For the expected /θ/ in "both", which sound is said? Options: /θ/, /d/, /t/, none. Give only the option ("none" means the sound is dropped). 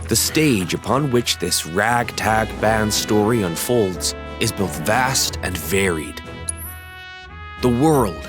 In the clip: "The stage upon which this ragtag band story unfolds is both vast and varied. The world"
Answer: /θ/